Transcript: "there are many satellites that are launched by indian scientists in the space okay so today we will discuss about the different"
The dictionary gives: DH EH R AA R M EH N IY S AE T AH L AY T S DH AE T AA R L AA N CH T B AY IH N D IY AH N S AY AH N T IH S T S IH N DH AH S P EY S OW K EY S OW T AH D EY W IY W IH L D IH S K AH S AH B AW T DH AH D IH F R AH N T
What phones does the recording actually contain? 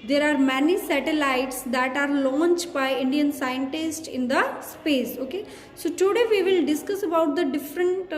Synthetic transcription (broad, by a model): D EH R AA R M EH N IY S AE T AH L AY T S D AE T AA R L AA N CH T B AY IH N D IY AH N S AY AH N T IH S T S IH N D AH S P EY S OW K EY S OW T AH D EY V IY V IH L D IH S K AH S AH B AW T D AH D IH F R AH N T